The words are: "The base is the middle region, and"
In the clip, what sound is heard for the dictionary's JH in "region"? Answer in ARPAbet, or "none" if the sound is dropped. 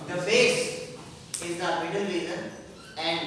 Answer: Z